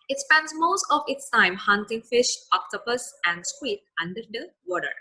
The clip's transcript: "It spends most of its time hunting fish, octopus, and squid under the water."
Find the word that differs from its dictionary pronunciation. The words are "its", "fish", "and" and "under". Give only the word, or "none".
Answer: none